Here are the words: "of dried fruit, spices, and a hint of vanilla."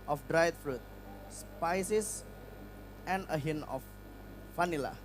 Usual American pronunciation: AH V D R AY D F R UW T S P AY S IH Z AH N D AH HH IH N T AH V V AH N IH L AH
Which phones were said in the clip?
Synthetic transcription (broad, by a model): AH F D R AY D F R UW T S P AY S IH S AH N AH HH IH N AH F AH N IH L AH